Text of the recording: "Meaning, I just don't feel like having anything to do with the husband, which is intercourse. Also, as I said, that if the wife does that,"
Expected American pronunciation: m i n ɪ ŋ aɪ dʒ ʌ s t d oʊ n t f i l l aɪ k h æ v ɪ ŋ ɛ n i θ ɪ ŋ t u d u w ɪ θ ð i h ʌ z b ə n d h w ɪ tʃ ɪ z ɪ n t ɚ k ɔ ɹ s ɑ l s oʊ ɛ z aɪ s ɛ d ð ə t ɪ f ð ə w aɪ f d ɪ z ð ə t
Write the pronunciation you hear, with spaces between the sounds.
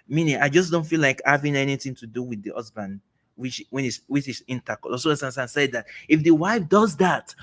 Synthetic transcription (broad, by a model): m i n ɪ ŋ aɪ dʒ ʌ s d oʊ n t f i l l aɪ k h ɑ v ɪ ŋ ɛ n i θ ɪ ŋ t u d u w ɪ ð i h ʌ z b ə n d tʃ w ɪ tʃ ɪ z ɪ n t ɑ k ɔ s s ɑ n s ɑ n s ɛ d ð ə t ɪ f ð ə w aɪ f d ɪ z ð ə t